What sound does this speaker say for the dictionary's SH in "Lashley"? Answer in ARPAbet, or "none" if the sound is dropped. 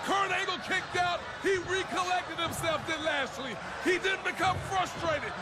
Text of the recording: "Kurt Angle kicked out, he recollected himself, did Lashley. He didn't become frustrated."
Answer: S